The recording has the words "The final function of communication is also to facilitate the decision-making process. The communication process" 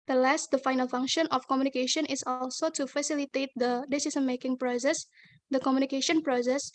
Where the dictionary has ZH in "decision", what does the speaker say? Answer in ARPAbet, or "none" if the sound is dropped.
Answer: S